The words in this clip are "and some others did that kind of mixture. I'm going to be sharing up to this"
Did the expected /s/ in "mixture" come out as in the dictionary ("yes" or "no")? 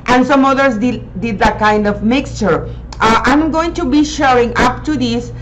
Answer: yes